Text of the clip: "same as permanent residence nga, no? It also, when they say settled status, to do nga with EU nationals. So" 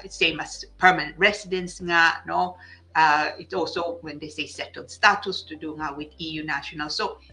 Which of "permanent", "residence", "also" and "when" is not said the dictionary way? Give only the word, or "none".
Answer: residence